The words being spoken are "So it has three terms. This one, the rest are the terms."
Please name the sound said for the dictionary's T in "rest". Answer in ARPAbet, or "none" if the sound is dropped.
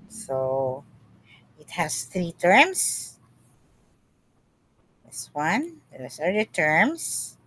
none